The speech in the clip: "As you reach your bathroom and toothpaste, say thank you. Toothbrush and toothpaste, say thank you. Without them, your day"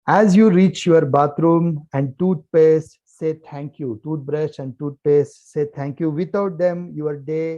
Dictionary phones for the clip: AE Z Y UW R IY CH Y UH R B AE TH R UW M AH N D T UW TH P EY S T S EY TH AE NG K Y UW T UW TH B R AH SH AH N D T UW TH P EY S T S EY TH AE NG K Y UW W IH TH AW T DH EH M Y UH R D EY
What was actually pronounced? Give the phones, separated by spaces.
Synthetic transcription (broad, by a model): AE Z Y UW R IY CH Y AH R B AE T R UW M AH N D T UW T P EY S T S EY T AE NG K Y UW T UW T B R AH S AH N D T UW T P EY S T S EY T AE NG K Y UW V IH T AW T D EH M Y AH R D EY